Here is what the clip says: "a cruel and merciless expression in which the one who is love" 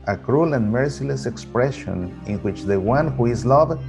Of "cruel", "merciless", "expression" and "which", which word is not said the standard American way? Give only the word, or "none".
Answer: none